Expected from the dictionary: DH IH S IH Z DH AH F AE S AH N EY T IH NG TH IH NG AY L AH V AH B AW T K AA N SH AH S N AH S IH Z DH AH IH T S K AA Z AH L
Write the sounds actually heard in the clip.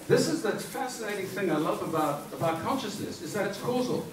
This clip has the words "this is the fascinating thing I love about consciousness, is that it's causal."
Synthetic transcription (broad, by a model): DH IH S IH Z DH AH F AE S AH N EY T IH NG TH IH NG AY L AH V AH B AW T K AA N SH AH S N AH S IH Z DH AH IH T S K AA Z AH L